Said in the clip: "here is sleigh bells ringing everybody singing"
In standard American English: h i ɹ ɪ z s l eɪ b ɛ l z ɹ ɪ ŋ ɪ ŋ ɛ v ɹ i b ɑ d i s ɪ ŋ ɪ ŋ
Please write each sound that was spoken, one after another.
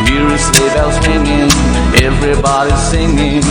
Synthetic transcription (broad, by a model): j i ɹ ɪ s eɪ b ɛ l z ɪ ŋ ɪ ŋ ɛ v ɹ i b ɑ d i s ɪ ŋ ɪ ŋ